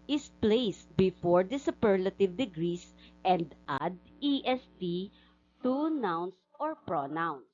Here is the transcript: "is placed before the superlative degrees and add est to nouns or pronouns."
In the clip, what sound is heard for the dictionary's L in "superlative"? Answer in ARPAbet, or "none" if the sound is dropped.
L